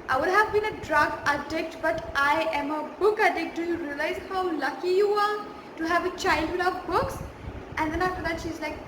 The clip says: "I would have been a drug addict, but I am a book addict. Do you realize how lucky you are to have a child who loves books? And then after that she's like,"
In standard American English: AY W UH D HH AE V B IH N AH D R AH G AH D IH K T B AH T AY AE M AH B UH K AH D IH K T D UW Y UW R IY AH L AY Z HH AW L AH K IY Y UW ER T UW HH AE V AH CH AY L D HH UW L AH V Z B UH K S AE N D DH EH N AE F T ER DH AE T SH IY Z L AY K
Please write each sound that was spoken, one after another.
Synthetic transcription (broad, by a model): AY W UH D HH AE V B IH N AH D R AH G AH D IH K T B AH T AY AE M AH B UH K AH D IH K T D UW Y UW R IY AH L AY Z HH AW L AH K IY Y UW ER T UW HH AE V AH CH AY L D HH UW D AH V B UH K S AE N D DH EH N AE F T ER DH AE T SH IY Z L AY K